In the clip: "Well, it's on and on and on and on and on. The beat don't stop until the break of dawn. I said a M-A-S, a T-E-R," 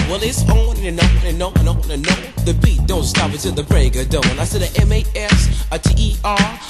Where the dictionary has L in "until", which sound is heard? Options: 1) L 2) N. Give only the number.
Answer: 2